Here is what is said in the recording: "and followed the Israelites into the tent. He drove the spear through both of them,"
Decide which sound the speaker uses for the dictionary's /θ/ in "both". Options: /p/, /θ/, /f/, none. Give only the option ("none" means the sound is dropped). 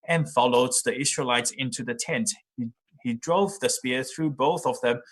/θ/